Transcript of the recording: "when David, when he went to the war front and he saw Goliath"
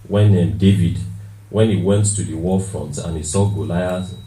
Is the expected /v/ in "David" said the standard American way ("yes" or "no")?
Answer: yes